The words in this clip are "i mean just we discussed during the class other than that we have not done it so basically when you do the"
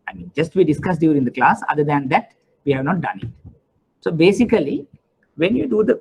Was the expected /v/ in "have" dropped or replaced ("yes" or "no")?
no